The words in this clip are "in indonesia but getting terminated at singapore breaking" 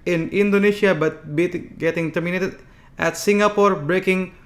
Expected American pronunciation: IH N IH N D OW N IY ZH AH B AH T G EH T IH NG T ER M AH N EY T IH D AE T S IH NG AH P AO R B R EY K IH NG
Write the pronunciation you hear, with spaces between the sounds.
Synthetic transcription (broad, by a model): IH N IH N D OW N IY SH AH B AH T G EH T IH NG T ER M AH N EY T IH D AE T S IH NG AH P AO R B R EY K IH NG